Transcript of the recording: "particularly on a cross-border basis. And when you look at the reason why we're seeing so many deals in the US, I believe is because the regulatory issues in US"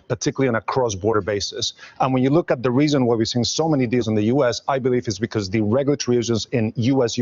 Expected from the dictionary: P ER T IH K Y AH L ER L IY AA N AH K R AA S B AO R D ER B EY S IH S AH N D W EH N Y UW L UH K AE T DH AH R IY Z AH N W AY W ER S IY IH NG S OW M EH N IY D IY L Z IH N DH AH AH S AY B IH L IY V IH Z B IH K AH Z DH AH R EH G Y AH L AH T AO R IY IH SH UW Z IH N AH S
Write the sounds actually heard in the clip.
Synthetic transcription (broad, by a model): P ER T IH K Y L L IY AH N AH K R AA S B AO R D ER B EY S IH S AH N W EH N Y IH L UH K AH T DH AH R IY Z AH N W AY W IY S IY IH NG S OW M EH N IY D IY L Z IH N DH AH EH S AY B IH L IY V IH S B IH K AH Z DH AH R EH G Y L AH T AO R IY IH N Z IH N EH S